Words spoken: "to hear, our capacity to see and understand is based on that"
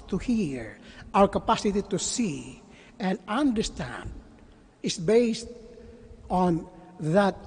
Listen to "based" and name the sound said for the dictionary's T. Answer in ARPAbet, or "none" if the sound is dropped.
T